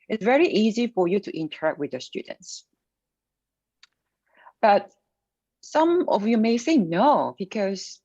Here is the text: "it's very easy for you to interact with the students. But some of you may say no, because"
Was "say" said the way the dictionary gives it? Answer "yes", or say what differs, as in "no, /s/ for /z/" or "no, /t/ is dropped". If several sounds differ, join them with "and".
no, /θ/ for /s/